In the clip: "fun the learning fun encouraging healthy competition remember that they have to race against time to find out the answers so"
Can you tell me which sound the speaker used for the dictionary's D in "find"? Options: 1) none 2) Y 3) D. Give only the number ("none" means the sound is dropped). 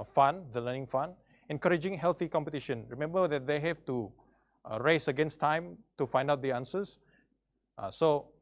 3